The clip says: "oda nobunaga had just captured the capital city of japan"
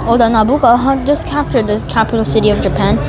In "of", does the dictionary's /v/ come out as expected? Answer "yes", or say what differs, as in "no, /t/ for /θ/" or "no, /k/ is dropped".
yes